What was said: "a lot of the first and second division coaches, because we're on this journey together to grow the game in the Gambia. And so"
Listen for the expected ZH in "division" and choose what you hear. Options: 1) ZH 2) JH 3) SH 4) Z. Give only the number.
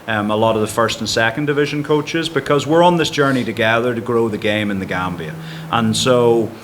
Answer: 1